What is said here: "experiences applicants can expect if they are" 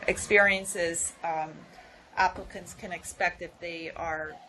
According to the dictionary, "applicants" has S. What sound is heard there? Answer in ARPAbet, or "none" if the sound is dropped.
S